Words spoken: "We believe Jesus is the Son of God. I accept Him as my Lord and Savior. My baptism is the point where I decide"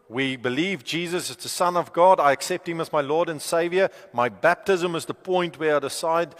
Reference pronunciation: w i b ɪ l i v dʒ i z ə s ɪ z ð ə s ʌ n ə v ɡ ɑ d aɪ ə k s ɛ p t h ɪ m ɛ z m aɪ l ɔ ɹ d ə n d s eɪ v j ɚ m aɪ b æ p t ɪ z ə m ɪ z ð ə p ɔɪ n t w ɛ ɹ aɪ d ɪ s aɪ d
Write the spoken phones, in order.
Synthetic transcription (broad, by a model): w i b ɪ l i v dʒ i z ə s ɪ z ð ə s ʌ n ə v ɡ ɑ d aɪ ə k s ɛ p t h ɪ m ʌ z m aɪ l ɔ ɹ d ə n s eɪ v j ɚ m aɪ b æ p t ɪ z ə m ɪ z ð ə p ɔɪ n t w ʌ ɹ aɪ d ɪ s aɪ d